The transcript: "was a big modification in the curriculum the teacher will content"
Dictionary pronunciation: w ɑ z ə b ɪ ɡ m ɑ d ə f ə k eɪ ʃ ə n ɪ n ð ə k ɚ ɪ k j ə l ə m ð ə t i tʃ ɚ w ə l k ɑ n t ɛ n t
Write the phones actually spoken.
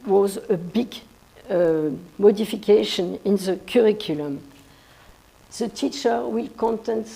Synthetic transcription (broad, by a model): w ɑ z ə b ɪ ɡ m ɑ d ə f ə k eɪ ʃ ə n ɪ n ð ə k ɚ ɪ k j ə l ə m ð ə t i tʃ ɚ w ə l k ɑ n t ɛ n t